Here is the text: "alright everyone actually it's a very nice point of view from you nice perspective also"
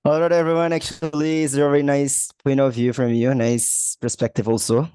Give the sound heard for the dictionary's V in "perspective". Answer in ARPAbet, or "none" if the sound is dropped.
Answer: V